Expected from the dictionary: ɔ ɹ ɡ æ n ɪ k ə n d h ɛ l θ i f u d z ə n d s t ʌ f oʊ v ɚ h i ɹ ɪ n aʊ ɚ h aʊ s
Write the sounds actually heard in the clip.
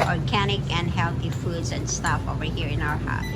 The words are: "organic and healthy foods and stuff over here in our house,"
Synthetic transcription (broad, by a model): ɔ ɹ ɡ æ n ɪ k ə n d h ɛ l θ i f u d z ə n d s t ʌ f oʊ v ɚ h i ɹ ɪ n aʊ ɚ h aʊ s